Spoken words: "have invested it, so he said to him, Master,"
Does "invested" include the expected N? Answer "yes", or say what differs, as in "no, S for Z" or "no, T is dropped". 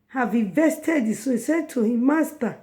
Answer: no, N is dropped